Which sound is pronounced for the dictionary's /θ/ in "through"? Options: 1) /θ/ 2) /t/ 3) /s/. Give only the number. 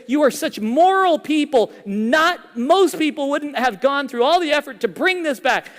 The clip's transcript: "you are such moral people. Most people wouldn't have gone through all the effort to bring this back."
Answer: 1